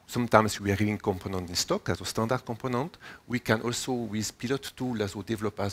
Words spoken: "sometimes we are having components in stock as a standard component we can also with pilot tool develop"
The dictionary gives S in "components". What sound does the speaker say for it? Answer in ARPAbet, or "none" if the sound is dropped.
none